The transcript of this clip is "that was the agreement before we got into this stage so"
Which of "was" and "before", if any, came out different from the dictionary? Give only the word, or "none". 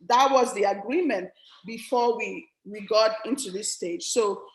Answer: before